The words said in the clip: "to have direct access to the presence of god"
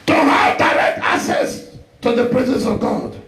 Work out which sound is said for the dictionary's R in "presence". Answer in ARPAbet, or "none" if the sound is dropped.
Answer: R